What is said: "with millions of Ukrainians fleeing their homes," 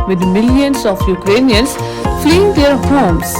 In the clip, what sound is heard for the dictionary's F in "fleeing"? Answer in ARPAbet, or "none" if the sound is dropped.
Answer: F